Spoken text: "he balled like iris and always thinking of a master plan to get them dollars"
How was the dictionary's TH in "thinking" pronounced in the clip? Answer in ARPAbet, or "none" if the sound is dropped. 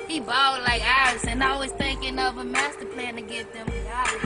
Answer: TH